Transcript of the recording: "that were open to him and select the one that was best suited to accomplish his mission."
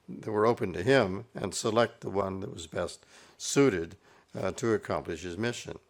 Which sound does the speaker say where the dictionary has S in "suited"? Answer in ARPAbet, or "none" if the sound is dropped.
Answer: S